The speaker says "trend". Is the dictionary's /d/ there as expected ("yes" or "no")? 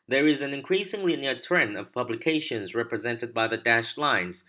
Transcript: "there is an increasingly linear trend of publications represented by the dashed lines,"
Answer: no